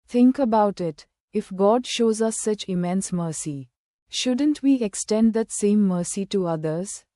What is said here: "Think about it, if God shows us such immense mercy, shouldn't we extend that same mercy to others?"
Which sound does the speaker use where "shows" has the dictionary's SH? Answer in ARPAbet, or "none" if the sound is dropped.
SH